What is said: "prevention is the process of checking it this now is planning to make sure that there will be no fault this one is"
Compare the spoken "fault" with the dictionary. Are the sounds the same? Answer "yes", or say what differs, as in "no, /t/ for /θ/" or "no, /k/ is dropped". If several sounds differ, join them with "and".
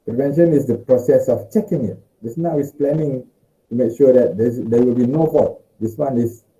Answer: no, /l/ is dropped